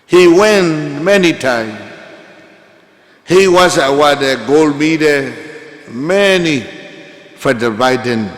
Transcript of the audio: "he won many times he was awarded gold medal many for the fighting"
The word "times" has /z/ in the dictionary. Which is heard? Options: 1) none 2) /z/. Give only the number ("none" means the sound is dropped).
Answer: 1